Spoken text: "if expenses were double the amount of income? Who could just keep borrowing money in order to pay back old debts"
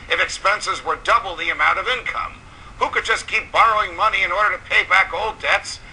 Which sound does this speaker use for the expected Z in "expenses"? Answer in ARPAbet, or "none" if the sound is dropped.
Z